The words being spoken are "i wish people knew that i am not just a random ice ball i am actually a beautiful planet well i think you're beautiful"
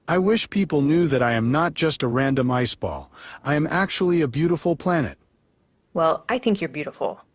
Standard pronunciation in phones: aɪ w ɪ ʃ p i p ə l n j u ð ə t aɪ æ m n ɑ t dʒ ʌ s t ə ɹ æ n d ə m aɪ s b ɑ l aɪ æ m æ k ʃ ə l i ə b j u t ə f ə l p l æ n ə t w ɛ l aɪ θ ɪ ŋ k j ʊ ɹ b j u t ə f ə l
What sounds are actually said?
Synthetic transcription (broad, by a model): aɪ w ɪ ʃ p i p l n j u ð ə t aɪ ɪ m n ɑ t dʒ ʌ s t ə ɹ æ n d ə m aɪ s b ɑ l aɪ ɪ m æ k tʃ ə l i ə b j u t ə f l p l æ n ə t w ɛ l aɪ θ ɪ ŋ k j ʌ ɹ b j u t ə f l